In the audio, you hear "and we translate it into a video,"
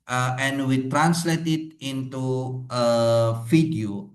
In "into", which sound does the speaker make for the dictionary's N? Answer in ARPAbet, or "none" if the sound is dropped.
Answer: N